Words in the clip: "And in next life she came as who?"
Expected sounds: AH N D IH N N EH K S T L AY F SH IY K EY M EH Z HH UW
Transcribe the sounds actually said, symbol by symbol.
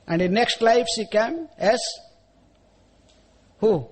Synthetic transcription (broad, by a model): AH N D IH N N EH K S T L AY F S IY K EY M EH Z HH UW